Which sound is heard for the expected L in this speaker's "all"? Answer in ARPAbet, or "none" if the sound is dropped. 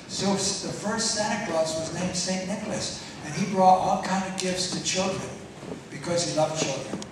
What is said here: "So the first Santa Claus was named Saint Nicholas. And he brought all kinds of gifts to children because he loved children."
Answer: L